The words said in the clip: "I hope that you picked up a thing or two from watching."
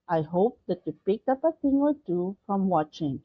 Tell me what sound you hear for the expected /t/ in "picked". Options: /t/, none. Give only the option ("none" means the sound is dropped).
none